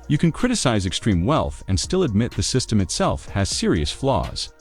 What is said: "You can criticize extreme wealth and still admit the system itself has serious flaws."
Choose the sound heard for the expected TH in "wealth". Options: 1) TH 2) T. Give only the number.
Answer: 1